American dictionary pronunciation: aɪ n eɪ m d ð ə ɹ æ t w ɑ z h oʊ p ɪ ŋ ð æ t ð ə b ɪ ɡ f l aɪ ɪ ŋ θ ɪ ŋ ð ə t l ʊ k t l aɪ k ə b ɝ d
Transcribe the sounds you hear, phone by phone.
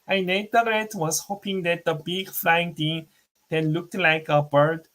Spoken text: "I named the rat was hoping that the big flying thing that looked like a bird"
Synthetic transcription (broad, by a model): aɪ n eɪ d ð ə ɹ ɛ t w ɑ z h oʊ p ɪ ŋ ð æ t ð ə b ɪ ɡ f l aɪ ɪ ŋ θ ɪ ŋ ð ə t l ʊ k t l aɪ k ə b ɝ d